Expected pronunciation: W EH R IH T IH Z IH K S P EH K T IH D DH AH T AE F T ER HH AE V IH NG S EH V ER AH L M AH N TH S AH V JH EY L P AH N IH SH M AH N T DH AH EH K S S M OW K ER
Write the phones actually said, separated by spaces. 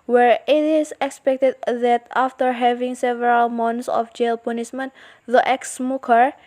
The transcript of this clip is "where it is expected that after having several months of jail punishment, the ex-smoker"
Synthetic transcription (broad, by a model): W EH R IH T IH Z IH K S P EH K T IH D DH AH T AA F T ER HH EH V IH NG S EH V ER AH L M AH N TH S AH F JH EY L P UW N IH S M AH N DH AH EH K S S M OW K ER